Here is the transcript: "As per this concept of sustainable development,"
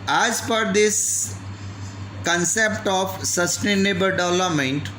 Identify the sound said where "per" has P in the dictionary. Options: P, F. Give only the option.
F